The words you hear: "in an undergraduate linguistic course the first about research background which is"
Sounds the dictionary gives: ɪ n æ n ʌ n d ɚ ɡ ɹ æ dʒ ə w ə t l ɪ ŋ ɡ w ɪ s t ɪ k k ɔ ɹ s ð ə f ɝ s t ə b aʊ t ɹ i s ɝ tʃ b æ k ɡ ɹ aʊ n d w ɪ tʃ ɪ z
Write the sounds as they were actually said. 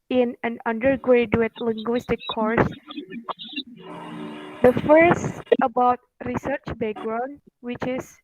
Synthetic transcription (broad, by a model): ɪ n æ n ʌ n d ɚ ɡ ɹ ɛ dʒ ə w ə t l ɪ ŋ ɡ w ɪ s t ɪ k k ɔ ɹ s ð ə f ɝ s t ə b aʊ t ɹ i s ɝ tʃ b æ ɡ ɹ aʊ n w ɪ tʃ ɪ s